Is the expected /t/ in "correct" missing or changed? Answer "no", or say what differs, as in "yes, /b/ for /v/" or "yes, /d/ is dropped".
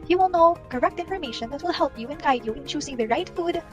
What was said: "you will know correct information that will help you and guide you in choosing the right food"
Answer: no